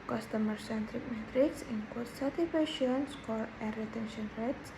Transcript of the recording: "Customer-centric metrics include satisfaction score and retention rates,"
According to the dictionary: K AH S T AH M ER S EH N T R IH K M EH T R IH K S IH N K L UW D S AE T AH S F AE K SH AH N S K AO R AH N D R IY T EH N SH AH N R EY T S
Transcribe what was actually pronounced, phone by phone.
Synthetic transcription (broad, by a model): K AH S T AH M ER S EH N T R IH K M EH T R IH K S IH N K UW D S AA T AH F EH SH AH N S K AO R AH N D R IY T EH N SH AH N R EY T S